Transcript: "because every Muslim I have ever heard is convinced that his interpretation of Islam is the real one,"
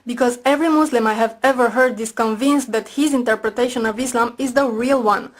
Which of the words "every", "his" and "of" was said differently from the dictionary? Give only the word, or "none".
none